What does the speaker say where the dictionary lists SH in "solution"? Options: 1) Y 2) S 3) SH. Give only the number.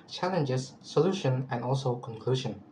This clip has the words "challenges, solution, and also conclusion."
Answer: 3